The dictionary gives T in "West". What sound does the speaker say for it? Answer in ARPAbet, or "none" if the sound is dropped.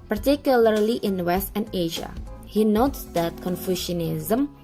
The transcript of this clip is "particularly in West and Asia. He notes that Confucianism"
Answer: T